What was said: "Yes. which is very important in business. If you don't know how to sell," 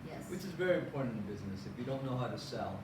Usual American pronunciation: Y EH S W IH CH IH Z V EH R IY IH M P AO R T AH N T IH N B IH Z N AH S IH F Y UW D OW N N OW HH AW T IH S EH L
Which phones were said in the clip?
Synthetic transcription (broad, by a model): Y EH W IH CH IH Z V EH R IY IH M P AO R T N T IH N B IH Z N AH S IH F Y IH D OW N N OW HH AW T IH S EH L